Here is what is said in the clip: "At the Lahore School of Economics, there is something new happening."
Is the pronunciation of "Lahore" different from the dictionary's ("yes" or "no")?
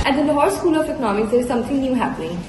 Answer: yes